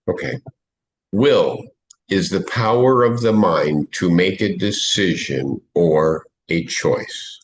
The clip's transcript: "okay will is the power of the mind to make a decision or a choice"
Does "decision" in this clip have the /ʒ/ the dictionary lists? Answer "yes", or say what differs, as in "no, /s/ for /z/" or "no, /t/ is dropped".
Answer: yes